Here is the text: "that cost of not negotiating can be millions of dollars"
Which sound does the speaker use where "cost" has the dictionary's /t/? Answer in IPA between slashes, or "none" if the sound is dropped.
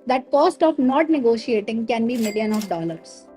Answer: /t/